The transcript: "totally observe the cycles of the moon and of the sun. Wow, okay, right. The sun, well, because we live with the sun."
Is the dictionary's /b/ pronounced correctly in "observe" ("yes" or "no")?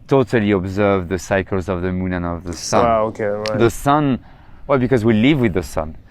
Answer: yes